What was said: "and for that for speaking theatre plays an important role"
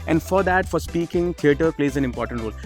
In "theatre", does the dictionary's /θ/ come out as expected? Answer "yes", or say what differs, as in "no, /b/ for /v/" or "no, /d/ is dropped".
no, /t/ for /θ/